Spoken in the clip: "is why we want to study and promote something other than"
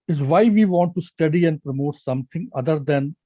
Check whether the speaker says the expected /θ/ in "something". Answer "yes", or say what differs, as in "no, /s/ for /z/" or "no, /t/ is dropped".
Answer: no, /t/ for /θ/